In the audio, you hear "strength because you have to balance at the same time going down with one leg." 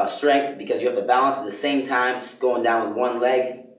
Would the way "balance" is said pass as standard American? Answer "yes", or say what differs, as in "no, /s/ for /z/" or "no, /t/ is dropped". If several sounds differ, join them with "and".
yes